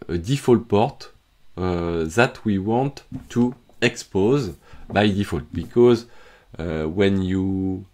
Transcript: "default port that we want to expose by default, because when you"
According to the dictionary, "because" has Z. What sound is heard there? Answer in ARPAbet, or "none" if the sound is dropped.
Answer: Z